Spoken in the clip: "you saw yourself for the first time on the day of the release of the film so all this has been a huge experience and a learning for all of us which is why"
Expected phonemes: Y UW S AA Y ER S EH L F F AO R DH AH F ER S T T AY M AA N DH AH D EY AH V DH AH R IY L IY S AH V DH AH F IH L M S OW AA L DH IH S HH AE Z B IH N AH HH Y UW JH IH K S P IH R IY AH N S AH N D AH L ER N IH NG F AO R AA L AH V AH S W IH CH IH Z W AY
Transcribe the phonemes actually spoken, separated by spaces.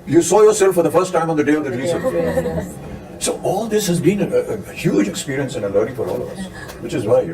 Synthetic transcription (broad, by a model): Y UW S AA Y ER S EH L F F AO R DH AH F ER S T T AY M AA N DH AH D EY AH V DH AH R IY L IY S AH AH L S OW AA L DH IH S HH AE Z B IH N AH HH Y UW JH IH K S P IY R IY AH N S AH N AH L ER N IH F AO R AA L AH V AH S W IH CH IH Z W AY